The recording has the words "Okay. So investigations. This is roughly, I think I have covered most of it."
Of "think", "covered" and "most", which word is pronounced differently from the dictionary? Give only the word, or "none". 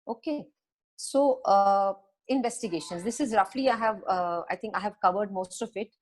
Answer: think